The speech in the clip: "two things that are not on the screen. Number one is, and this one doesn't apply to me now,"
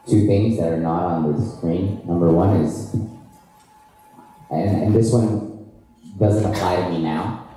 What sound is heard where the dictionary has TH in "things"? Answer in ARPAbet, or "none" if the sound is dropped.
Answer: TH